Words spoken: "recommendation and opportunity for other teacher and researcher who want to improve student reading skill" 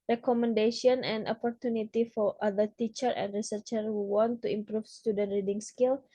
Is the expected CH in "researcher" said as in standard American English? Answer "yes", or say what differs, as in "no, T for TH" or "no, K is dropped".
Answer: yes